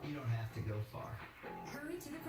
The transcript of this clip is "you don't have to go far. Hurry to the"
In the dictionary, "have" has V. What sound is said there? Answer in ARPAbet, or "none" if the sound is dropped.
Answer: F